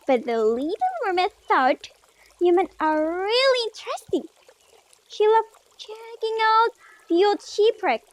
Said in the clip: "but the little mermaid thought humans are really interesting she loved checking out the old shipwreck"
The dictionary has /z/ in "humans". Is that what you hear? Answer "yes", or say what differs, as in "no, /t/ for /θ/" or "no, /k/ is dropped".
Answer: no, /z/ is dropped